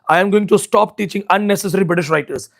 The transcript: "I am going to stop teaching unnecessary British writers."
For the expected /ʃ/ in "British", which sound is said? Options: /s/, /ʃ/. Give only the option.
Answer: /ʃ/